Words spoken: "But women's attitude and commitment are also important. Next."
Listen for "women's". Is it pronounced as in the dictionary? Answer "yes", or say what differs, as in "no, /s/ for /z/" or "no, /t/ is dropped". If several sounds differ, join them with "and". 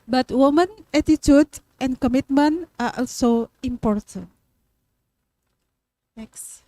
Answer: no, /z/ is dropped